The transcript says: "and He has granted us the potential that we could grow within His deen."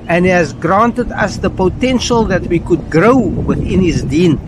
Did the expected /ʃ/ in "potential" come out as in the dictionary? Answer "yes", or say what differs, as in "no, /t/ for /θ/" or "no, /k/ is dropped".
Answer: yes